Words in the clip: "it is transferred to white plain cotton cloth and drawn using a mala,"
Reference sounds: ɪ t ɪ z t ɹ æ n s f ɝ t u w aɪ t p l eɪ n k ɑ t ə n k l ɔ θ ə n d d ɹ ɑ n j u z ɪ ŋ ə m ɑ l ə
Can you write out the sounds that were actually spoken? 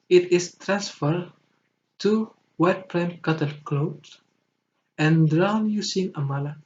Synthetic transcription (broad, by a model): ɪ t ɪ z t ɹ æ n s f ɝ t u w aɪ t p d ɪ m k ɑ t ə l k l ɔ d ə n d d ɹ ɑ n j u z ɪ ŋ ə m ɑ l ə